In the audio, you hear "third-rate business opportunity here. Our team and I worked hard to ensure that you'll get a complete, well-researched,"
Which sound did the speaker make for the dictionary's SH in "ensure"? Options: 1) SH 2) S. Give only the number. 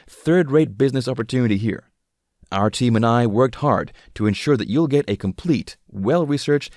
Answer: 1